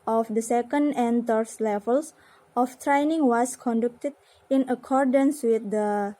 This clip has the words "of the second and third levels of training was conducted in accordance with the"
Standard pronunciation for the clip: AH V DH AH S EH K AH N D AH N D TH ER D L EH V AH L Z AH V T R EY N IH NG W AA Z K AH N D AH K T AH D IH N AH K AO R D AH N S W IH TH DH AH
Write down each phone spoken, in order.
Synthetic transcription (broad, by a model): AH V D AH S EH K AH N D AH N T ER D L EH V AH L S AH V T R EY N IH NG W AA S K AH N D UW K T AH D IH N AH K AO R D AH N S W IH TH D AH